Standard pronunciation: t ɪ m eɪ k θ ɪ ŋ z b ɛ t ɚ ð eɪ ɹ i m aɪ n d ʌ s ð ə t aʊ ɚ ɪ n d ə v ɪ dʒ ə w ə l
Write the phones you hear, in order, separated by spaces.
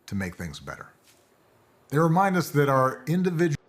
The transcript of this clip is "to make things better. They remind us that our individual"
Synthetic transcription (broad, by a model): t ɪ m eɪ k θ ɪ ŋ z b ɛ t ɚ ð eɪ ɹ i m aɪ n d ʌ s ð ə t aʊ ɚ ɪ n d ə v ɪ dʒ